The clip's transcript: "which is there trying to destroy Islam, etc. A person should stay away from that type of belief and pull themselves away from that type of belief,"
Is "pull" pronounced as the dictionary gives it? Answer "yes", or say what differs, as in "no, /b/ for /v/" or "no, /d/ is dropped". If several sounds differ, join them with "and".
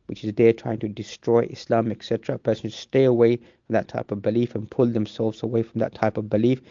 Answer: yes